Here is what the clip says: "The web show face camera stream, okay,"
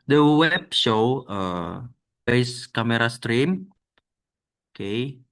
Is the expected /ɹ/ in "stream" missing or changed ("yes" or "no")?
no